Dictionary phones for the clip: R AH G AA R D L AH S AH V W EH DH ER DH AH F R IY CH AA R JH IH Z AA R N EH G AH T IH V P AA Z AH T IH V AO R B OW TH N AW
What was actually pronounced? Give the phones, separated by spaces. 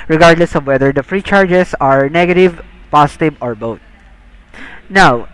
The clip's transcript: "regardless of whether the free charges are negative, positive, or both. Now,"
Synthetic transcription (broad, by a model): R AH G AA R D L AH S AH V W EH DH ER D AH F R IY CH AA R JH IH S AA R N EH G AH T IH V P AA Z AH T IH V AO R B OW T N AW